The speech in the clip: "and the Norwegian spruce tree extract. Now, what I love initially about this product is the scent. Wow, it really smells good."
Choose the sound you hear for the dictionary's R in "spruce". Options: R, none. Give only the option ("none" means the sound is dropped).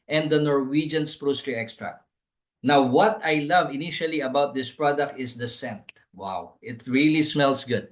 R